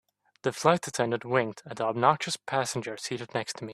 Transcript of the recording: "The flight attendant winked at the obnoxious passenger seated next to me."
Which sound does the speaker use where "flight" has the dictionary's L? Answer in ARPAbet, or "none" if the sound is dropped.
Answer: L